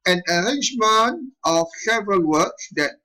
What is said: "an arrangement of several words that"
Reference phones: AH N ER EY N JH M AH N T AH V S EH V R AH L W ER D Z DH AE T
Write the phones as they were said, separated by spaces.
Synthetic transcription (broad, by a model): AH N ER EY N JH M AH N T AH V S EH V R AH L W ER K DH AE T